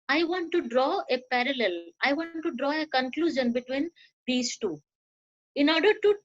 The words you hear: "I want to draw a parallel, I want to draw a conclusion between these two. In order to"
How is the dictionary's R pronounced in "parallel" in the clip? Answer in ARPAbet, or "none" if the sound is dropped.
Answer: R